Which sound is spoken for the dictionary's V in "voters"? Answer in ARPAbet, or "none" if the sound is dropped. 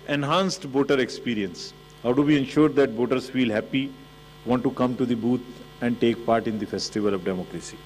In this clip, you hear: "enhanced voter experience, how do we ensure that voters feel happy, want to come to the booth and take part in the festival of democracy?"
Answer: B